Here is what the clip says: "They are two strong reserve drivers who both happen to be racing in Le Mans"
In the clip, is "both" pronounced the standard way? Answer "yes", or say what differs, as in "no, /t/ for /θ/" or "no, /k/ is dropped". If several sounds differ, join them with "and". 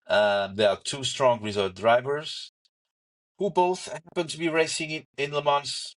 yes